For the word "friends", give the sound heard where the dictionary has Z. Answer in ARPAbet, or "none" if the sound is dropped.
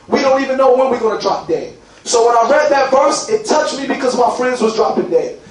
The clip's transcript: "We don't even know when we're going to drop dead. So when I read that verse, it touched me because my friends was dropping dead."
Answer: Z